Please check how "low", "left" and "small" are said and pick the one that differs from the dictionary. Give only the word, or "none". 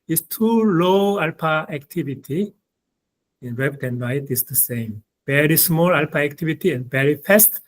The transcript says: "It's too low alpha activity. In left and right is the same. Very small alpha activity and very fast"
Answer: left